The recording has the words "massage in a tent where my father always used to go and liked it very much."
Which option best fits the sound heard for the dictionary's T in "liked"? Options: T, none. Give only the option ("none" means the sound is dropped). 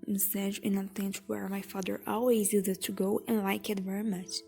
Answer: none